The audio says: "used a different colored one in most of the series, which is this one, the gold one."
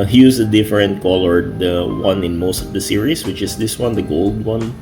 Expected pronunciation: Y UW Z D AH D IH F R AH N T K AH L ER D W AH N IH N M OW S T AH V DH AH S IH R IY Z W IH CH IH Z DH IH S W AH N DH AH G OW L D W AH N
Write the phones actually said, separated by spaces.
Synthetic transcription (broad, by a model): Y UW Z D AH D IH F R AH N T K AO L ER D W AH N IH N M OW S T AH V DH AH S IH R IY S W IH CH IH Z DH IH S W AH N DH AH G OW L D W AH N